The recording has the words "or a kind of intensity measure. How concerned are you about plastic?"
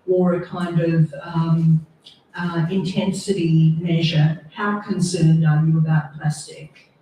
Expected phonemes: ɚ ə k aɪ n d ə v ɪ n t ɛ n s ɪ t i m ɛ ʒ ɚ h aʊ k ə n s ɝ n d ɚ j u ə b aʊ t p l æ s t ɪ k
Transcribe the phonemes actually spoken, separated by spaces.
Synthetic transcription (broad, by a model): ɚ ə k aɪ n d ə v ɪ n t ɛ n s ɪ t i m ɛ ʒ ɚ h aʊ k ə n s ɝ n d ɚ j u ə b aʊ t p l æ s t ɪ k